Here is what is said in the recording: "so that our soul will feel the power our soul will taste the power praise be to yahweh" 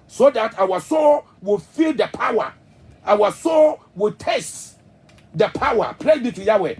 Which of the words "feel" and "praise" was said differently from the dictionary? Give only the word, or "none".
praise